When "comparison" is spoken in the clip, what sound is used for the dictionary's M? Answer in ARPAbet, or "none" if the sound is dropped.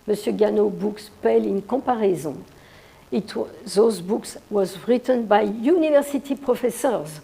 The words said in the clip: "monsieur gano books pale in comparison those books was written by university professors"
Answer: none